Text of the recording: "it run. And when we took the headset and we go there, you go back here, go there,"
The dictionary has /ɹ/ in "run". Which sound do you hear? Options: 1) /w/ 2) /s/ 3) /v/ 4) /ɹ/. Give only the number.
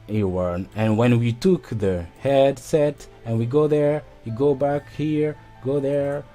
1